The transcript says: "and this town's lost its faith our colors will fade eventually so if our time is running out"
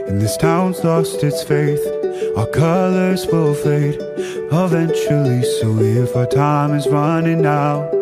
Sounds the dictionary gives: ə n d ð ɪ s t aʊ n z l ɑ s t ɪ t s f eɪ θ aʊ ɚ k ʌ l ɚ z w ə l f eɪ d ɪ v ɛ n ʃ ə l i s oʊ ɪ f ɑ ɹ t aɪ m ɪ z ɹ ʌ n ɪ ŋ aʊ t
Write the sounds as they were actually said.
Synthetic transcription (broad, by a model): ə n ð ɪ s t aʊ n z l ɑ s t ɪ t s f eɪ θ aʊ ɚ k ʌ l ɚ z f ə l f eɪ d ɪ v ɛ n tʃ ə l i s oʊ ɪ f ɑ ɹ t aɪ m ɪ z ɹ ʌ n ɪ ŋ aʊ